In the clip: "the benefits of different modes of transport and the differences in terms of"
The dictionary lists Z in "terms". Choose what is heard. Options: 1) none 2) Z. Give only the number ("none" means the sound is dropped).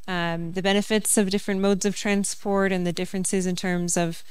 2